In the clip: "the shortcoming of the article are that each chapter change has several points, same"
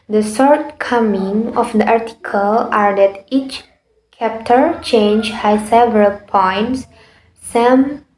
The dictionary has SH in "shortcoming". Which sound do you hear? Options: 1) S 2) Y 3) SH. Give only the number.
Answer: 1